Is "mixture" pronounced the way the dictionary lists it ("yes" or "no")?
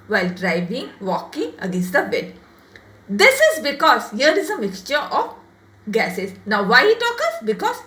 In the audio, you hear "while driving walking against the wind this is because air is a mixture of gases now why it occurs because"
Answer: yes